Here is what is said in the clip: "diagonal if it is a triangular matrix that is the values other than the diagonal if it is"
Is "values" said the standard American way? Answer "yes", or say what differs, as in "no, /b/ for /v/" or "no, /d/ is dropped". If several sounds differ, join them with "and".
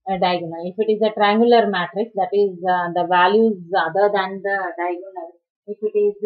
yes